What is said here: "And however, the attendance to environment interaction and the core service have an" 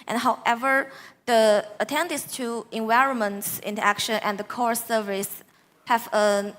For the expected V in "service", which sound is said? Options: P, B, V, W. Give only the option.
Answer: V